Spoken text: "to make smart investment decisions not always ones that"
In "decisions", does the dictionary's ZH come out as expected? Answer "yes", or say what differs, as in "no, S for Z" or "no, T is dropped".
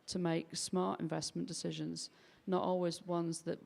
yes